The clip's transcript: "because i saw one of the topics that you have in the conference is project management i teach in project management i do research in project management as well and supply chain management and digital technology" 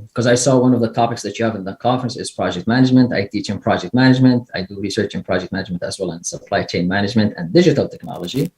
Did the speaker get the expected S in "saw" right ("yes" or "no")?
yes